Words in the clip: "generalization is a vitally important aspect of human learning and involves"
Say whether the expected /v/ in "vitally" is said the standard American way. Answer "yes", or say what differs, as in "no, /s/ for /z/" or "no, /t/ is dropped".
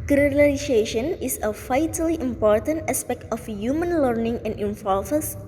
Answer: no, /f/ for /v/